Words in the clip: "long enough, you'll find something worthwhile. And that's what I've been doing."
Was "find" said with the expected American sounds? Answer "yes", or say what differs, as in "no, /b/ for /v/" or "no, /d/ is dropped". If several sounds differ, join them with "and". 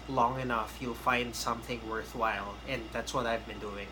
yes